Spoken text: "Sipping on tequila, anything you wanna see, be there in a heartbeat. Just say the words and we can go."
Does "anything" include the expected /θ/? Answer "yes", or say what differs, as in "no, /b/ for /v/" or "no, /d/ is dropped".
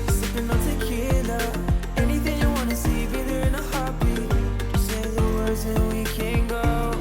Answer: yes